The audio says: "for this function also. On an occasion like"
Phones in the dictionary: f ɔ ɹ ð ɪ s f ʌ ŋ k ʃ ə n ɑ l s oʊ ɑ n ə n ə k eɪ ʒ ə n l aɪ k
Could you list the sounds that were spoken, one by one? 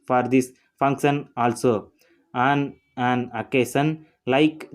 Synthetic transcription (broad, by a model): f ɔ ɹ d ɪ s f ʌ ŋ k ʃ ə n ɑ l s oʊ ɑ n ə n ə k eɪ s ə n l aɪ k